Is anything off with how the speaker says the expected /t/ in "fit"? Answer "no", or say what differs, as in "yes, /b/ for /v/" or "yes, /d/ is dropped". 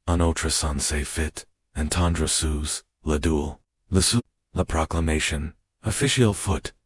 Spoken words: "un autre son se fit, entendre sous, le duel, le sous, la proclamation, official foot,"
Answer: no